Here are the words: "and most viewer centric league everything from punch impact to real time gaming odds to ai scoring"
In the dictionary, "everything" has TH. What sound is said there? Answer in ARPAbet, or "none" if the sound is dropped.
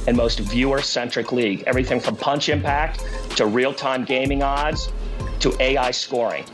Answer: TH